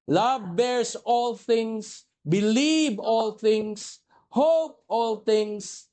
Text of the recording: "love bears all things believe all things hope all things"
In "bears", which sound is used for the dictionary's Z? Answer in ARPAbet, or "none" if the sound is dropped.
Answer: S